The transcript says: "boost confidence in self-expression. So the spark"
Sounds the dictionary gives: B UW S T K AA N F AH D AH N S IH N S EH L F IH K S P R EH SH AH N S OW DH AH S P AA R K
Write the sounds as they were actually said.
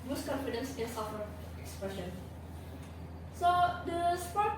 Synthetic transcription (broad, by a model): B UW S K AA N F AH D AH N S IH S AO F IH K S P R EH SH AH N S OW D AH S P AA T